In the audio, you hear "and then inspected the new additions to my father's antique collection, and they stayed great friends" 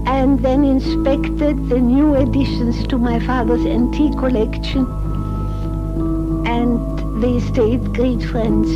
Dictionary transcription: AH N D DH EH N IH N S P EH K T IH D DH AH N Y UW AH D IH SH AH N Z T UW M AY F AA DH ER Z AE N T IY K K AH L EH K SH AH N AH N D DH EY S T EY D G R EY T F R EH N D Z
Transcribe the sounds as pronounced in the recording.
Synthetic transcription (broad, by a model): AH N DH EH N IH N S P EH K T IH D DH AH N Y UW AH D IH SH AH N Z T UW M AY F AA DH ER Z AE N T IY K K AH L EH K SH AH N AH N DH EY S T EY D G R EY T F R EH N D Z